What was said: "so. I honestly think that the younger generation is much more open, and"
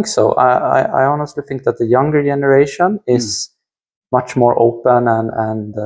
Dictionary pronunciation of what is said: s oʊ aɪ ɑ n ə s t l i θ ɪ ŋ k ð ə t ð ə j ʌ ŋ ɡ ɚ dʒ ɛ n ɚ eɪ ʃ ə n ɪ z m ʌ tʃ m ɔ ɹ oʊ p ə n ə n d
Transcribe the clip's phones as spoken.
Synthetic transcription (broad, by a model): s oʊ aɪ ɑ n ə s t l i θ ɪ ŋ k ð ə t ð ə j ʌ ŋ ɡ ɚ dʒ ɛ n ɚ eɪ ʃ ə n ɪ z m ʌ tʃ m ɔ ɹ oʊ p ə n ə n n